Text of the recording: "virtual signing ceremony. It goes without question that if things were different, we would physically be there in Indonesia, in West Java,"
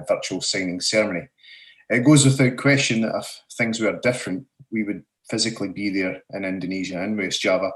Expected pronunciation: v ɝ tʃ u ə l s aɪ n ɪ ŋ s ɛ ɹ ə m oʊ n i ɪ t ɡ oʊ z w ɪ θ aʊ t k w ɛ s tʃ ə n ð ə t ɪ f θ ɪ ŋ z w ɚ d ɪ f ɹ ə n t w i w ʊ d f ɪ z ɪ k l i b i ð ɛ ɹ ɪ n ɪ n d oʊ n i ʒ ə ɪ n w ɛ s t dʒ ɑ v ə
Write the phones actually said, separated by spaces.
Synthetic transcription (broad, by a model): v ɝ tʃ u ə l s aɪ n ɪ ŋ s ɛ ɹ m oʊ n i ɪ t ɡ oʊ z w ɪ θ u t k w ɛ s tʃ ə n ð ə t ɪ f θ ɪ ŋ z w ɚ d ɪ f ɹ ə n t w i w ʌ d f ɪ z ɪ k l i b i ð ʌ ɹ ɪ n ɪ n d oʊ n i ʒ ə ɪ n w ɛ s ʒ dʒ ɑ v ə